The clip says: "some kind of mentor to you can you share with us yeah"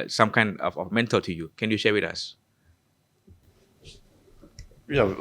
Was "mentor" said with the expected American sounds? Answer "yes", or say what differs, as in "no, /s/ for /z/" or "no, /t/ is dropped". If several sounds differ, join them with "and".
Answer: no, /l/ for /ɹ/